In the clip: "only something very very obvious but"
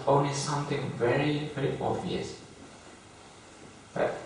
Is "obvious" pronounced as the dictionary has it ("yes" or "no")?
no